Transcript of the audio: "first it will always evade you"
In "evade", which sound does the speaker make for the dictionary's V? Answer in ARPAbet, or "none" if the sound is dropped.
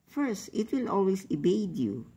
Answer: B